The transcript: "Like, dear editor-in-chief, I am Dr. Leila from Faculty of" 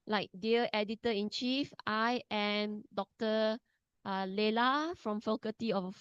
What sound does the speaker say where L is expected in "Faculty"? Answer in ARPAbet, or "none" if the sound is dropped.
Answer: none